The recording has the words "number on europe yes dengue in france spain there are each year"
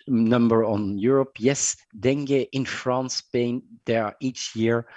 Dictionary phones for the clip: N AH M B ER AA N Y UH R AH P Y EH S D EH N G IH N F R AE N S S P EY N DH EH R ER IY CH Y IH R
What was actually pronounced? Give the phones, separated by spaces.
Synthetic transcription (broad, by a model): N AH M B ER AA N Y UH R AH P Y EH S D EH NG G IH N F R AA N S S P EY N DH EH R IY CH Y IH R